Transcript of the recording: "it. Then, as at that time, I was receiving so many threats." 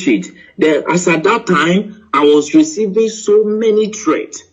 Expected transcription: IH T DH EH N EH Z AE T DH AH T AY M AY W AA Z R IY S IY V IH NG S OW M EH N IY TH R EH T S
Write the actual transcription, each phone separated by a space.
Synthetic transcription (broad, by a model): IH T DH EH AA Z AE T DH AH T AY M AY W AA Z R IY S IY V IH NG S OW M EH N IY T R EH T S